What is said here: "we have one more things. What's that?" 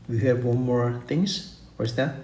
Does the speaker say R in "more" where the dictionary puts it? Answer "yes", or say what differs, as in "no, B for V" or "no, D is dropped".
yes